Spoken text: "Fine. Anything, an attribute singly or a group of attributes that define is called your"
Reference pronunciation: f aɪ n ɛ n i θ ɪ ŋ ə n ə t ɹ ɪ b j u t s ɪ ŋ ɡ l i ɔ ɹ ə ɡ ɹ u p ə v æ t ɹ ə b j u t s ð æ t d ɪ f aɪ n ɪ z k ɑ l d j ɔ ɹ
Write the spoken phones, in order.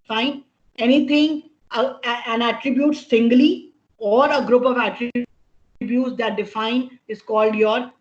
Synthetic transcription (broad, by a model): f aɪ n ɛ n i t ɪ ŋ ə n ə t ɹ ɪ b j u t s ɪ ŋ ɡ l i ɔ ɹ ə ɡ ɹ u p ə v æ t ɹ ə b j u t s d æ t d ɪ f aɪ n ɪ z k ɑ l d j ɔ ɹ